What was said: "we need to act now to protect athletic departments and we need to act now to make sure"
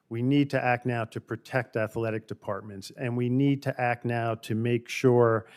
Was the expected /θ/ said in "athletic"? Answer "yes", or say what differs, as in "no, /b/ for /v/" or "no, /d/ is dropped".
yes